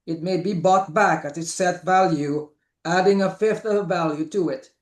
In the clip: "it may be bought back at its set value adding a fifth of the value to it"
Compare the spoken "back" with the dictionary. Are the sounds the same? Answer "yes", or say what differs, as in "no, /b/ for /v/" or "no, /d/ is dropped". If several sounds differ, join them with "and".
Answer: yes